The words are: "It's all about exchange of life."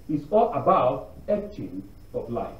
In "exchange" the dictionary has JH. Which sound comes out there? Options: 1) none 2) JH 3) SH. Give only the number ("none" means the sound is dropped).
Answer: 1